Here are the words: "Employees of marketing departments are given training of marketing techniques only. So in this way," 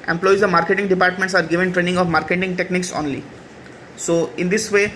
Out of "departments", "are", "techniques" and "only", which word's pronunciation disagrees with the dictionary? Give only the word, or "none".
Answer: none